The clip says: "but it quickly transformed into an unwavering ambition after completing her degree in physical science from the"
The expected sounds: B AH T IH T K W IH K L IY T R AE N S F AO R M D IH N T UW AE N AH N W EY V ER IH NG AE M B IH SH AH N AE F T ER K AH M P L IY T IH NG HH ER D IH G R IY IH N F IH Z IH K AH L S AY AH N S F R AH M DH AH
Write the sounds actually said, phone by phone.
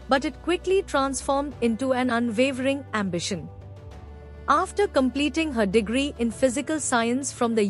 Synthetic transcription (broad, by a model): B AH T IH T K W IH K L IY T R AE N S F AO R M D IH N T UW AE N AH N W EY V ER IH NG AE M B IH SH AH N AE F T ER K AH M P L IY T IH NG HH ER D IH G R IY IH N F IH Z IH K AH L S AY AH N S F R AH M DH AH